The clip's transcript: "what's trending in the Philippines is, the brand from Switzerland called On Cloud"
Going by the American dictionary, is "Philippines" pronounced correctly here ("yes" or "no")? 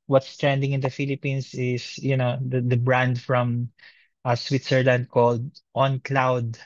no